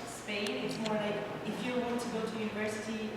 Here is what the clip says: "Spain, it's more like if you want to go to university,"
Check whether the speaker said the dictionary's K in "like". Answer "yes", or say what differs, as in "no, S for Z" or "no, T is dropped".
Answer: no, K is dropped